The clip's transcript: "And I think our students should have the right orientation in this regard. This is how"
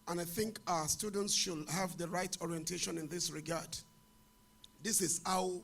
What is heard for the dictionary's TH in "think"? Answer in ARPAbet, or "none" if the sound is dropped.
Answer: TH